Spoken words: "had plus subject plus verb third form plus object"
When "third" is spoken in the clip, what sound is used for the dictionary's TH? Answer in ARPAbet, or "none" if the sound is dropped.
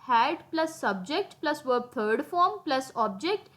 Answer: T